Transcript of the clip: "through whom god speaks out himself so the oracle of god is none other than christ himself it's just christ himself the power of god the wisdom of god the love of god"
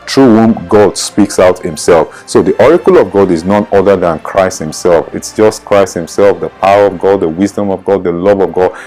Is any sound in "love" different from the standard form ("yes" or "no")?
no